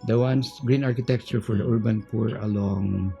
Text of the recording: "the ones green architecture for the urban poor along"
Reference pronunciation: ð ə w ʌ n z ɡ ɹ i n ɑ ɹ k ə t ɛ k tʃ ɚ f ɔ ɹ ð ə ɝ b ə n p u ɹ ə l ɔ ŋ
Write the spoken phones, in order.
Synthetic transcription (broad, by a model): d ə w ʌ n s ɡ ɹ i n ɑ ɹ k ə t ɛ k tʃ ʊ f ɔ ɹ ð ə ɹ b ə n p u ɹ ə l ɔ ŋ